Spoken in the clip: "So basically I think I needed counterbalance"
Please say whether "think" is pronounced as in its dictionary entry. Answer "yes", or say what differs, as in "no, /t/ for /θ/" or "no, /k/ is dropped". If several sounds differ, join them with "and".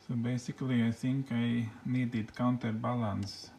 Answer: no, /s/ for /θ/